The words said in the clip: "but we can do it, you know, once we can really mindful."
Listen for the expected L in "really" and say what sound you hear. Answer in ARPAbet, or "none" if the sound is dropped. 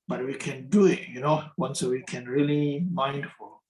L